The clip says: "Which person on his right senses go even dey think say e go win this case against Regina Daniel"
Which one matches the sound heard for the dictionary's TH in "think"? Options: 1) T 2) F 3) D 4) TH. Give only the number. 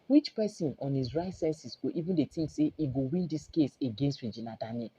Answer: 1